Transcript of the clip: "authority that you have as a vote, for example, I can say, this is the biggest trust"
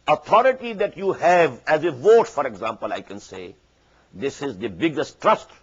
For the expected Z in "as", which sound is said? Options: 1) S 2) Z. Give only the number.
2